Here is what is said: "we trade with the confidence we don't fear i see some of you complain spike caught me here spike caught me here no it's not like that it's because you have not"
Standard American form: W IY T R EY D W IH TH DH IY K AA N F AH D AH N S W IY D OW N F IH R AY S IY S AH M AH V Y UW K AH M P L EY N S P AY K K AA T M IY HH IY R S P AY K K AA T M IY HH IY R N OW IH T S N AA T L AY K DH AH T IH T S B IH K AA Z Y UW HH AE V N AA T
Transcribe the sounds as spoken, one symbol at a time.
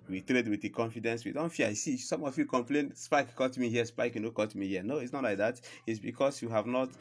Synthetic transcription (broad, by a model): W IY T R EY D W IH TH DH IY K AA N F AH D AH N S W IY D OW N F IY AY S IY S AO M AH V Y UW K AH M P L EY N S P AY K K AA T M IY HH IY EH S P AY K K AA T M IY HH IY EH N OW IH T S N AA T L AY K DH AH T IH T S B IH K AA S Y UW HH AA V N AA T